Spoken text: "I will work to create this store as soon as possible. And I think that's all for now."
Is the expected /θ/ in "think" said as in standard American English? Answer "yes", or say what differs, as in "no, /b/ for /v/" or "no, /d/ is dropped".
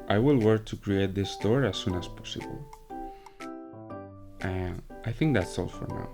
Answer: yes